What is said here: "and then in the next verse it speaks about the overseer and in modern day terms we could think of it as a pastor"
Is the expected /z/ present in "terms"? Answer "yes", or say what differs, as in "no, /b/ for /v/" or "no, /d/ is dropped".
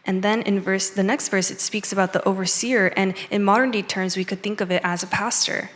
yes